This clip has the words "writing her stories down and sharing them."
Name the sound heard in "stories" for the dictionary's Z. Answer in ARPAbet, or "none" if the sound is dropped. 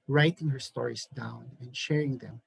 S